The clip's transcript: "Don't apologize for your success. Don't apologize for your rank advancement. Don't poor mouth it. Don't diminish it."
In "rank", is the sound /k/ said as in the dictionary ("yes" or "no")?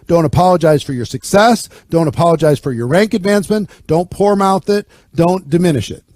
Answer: yes